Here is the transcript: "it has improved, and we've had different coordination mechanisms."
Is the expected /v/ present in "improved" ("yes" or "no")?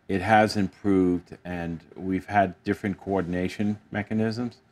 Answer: yes